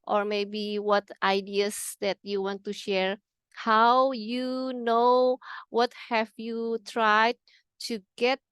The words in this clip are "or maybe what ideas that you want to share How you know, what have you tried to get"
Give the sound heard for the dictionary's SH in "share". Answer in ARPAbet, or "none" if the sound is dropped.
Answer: SH